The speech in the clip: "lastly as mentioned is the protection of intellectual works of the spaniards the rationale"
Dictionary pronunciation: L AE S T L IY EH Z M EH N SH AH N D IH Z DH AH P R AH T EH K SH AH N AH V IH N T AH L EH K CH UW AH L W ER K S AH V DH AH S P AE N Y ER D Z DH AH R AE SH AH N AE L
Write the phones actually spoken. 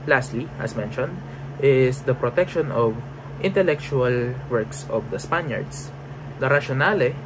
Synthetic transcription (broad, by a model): L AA S T L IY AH S M EH N SH AH N D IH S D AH P R AH T EH K SH AH N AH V IH N T AH L EH K CH UW AH L W ER K S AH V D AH S P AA N Y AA D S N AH R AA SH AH N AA L